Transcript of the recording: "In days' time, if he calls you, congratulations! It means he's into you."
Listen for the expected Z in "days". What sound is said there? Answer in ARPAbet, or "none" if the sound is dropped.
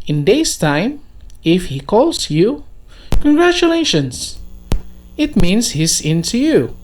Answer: S